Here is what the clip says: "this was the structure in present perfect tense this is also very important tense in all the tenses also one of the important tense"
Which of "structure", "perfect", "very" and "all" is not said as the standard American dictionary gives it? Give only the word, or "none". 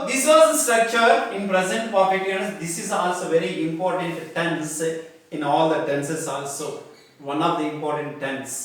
perfect